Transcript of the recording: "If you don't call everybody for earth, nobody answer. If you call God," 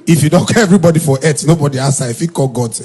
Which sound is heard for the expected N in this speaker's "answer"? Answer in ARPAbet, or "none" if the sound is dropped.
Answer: none